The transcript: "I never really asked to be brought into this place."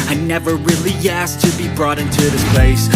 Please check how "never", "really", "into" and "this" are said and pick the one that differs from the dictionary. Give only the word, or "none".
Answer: none